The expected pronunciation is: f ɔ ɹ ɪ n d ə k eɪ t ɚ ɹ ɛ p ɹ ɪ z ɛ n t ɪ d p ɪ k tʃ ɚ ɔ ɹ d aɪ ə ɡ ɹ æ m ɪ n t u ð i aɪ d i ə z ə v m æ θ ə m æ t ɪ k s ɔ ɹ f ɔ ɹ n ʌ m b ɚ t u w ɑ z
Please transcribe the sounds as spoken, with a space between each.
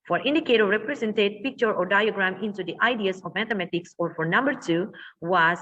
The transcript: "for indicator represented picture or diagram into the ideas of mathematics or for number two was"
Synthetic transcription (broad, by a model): f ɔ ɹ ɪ n d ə k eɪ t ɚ ɹ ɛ p ɹ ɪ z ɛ n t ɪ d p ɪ k tʃ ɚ ɔ ɹ d aɪ ə ɡ ɹ æ m ɪ n t u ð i aɪ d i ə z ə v m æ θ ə m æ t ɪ k s ɔ ɹ f ɔ ɹ n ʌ m b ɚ t u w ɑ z